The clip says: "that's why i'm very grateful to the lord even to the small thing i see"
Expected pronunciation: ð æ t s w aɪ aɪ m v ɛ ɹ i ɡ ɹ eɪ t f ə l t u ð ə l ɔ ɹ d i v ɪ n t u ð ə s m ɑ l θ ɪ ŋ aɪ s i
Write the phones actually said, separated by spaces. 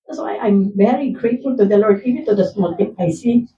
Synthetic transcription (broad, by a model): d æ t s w aɪ aɪ m v ɛ ɹ i ɡ ɹ eɪ t f ə l t u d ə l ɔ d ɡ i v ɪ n t u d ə s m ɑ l t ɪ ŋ aɪ s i